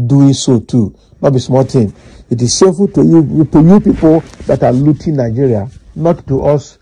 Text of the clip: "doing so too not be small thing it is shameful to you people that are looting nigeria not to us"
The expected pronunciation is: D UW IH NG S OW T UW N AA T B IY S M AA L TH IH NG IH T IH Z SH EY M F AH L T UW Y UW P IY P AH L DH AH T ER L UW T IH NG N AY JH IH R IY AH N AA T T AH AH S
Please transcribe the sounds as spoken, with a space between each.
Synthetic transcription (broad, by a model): D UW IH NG S OW T UW N AA T B IY S M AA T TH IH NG IH T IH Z S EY F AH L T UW Y UW P IY P AH L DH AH T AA L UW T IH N N AY JH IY R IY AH N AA T T AH S